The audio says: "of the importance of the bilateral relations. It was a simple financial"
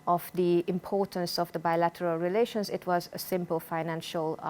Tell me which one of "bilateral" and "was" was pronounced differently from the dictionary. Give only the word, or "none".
none